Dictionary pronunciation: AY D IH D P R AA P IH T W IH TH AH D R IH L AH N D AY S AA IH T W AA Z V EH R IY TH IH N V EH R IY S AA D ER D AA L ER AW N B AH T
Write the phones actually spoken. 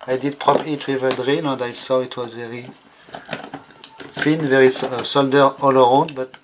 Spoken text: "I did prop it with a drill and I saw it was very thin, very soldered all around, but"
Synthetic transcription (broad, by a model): AY D IH D P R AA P IH T W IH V AH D R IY N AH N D AY S AA IH T W AA Z V EH R IY F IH N V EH R IY S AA D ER AA L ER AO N B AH T